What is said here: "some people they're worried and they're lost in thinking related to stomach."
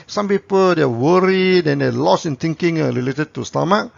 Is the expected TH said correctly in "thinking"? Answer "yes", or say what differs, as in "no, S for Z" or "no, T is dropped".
no, T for TH